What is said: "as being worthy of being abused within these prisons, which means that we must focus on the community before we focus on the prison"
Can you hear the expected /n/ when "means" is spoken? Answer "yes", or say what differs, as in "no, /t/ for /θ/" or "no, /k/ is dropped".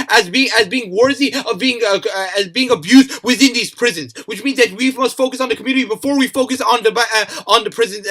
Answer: yes